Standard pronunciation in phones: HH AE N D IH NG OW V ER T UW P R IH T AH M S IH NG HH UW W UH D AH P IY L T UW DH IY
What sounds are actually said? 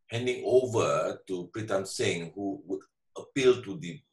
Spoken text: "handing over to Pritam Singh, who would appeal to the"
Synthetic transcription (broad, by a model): HH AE N D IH NG OW V ER T UW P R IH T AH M S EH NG HH UW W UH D AH P IY L T UW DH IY